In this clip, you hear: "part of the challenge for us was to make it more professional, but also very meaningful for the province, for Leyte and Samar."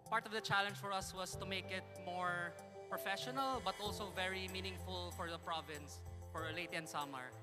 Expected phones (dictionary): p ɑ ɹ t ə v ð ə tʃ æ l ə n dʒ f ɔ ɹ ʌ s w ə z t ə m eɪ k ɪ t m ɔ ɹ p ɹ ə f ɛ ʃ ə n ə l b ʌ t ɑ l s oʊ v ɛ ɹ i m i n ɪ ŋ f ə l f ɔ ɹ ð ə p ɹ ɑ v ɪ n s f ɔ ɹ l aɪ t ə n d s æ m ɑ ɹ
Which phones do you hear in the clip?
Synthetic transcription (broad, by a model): p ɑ ɹ t ə v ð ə tʃ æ l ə n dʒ f ɔ ɹ ʌ s w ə s t ə m eɪ k ɪ t m ɔ ɹ p ɹ ə f ɛ ʃ ə n ə l b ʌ t ɑ l s oʊ v ɛ ɹ i m i n ɪ ŋ f ə l f ɔ ɹ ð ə p ɹ ɑ v ɪ n s f ɔ ɹ l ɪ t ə n s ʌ m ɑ ɹ